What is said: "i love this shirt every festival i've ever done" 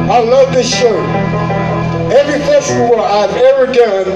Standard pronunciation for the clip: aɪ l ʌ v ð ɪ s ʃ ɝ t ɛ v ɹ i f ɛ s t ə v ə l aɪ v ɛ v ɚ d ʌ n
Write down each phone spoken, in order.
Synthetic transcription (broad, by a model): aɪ l ʌ v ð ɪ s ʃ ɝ ɛ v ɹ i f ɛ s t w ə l aɪ v ɛ v ɚ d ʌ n